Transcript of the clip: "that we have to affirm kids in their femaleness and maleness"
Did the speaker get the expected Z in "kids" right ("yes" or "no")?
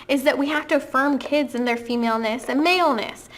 yes